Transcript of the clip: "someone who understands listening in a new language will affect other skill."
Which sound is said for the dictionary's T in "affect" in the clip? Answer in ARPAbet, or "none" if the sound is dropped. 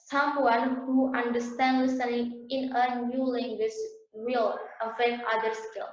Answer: none